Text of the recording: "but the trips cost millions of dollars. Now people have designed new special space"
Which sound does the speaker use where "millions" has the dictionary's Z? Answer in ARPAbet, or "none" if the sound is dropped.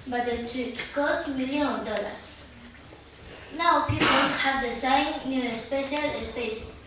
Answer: none